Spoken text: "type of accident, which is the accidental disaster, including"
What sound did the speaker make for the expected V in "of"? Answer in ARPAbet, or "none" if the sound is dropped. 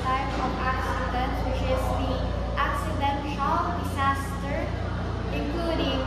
P